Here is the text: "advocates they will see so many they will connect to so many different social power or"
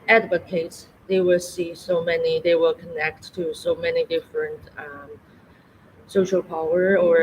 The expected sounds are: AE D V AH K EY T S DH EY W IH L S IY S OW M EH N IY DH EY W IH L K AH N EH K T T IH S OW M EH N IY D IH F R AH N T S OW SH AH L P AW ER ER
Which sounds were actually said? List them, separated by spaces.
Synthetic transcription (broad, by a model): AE D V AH K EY T S DH EY W IH L S IY S OW M EH N IY DH EY W IH L K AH N EH K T T IH S OW M EH N IY D IH F R AH N T S OW SH AH L P AW ER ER